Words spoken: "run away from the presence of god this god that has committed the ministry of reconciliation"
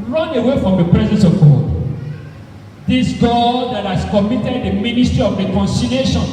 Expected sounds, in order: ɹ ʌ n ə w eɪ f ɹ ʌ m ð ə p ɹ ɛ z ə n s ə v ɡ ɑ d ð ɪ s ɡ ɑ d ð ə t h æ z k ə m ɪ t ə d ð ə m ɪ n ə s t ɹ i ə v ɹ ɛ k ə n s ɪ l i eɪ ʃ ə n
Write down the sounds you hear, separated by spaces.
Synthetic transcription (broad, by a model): ɹ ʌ n ə w eɪ f ɹ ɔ m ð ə p ɹ ɛ z ə n s ə v ɡ ɑ d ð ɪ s ɡ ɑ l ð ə t h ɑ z k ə m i t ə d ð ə m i n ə s t ɹ i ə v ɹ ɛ k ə n s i l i eɪ ʃ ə n